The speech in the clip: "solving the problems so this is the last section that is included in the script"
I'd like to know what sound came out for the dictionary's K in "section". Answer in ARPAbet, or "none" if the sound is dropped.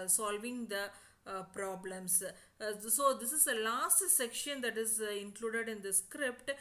K